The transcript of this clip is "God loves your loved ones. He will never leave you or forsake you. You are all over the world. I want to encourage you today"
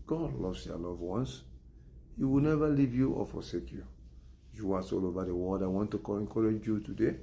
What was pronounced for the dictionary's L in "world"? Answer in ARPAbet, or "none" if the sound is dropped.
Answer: none